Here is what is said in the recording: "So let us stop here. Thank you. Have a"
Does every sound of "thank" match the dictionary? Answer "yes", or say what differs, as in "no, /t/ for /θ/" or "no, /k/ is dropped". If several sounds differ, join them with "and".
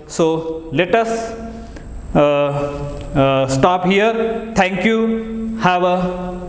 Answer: no, /t/ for /θ/